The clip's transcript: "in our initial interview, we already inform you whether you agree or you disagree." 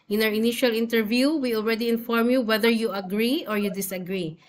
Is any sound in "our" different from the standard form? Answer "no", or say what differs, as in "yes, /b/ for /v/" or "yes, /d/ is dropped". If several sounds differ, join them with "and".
yes, /w/ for /ɹ/